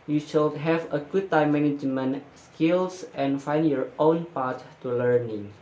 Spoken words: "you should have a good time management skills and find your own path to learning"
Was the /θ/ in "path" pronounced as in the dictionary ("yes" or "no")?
no